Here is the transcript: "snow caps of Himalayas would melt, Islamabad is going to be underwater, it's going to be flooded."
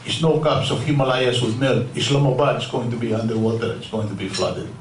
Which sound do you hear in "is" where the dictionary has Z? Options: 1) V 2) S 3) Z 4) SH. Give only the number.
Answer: 2